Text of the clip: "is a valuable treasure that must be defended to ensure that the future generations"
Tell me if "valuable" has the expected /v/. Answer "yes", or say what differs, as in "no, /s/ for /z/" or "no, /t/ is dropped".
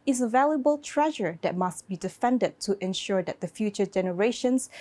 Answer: yes